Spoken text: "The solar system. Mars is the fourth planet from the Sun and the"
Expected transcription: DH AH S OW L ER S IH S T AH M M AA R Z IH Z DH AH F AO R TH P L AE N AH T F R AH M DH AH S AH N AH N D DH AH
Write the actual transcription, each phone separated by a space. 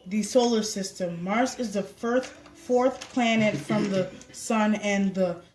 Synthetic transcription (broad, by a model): DH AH S OW L ER S IH S T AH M M AA R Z IH Z DH AH F AO R TH P L AE N AH T F R AH M DH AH S AH N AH N DH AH